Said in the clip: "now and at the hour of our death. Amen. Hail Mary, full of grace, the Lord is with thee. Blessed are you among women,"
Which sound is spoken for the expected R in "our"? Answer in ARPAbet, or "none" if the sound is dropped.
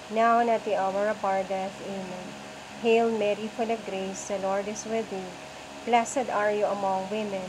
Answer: R